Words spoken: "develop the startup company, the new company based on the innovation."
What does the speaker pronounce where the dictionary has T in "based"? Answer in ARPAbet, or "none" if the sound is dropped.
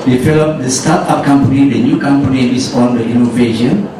none